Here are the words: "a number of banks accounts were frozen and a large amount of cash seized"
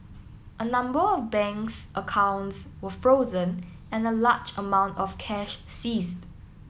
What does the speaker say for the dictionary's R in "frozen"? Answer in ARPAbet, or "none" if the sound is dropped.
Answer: R